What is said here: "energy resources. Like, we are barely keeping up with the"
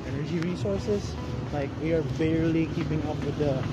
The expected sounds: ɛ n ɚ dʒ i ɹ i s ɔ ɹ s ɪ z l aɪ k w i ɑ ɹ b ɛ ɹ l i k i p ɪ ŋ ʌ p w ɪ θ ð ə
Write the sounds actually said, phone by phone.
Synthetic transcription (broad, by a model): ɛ n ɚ dʒ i ɹ i s ɔ ɹ s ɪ s l aɪ k w i ɑ ɹ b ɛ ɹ l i k i p ɪ ŋ ʌ p w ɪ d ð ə